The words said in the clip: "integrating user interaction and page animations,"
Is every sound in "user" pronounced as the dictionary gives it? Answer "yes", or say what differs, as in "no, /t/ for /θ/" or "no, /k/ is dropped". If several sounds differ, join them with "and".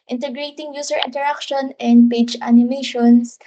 no, /s/ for /z/